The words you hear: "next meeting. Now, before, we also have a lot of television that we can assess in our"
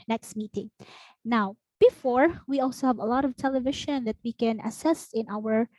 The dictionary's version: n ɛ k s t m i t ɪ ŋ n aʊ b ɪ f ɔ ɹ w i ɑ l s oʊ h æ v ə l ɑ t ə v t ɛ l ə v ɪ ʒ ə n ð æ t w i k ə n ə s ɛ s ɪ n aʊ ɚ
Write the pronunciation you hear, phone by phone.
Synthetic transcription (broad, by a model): n ɛ k s t m i t ɪ ŋ n aʊ b ɪ f ɔ ɹ w i ɑ l s oʊ h æ v ə l ɑ t ə v t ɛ l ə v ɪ ʃ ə n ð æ t w i k ə n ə s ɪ s ɪ n aʊ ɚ